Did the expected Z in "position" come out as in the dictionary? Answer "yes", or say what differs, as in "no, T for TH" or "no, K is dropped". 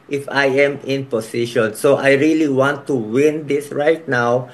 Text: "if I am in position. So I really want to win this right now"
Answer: no, S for Z